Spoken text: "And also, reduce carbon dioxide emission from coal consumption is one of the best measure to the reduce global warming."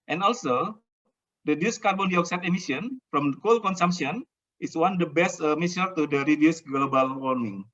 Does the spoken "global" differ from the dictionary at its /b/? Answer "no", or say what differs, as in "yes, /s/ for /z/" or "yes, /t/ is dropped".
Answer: no